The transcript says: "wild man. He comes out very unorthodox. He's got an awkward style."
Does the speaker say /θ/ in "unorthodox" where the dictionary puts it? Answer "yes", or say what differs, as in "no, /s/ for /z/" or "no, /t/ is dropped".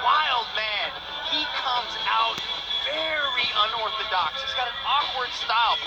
yes